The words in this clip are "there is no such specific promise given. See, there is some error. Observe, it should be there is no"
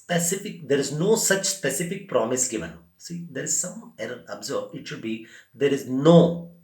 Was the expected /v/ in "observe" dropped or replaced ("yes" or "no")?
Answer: yes